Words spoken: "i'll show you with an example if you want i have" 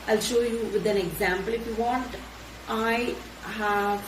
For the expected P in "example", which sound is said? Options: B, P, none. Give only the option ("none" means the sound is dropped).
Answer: P